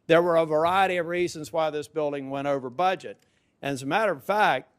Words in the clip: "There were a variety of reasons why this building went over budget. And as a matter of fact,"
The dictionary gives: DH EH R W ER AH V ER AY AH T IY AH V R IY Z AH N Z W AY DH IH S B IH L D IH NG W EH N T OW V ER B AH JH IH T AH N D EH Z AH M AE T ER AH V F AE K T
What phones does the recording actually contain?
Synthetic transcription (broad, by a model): DH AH R W ER AH V ER AY AH T IY AH V R IY Z AH N Z W AY DH IH S B IH L D IH NG W EH T OW V ER B AH JH IH T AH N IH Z AH M AE T ER AH V F AE K T